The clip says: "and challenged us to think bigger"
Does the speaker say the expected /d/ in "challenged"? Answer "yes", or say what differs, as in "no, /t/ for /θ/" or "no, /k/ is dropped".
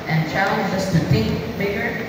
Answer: no, /d/ is dropped